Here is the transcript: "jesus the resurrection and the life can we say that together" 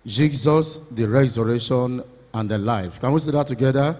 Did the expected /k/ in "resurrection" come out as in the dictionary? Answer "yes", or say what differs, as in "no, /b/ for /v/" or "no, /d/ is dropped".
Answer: no, /k/ is dropped